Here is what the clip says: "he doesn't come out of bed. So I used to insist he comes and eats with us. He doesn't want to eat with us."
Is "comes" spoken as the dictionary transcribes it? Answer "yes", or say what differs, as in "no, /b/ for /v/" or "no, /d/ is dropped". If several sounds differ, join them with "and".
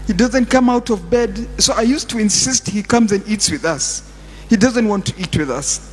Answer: yes